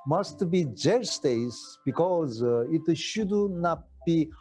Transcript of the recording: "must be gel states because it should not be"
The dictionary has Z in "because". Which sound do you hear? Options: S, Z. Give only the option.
Z